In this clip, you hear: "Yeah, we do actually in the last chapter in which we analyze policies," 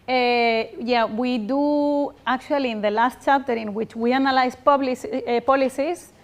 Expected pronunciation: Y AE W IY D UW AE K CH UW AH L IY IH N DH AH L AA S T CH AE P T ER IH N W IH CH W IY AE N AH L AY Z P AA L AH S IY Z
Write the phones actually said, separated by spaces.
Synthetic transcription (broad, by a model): Y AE W IY D UW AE K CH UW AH L IY IH N DH AH L AA S T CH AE P T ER IH N W IH CH W IY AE N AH L AY S P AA L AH S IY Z